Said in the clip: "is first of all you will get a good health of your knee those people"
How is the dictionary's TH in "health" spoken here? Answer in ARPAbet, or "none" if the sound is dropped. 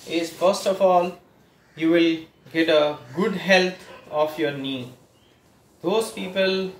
T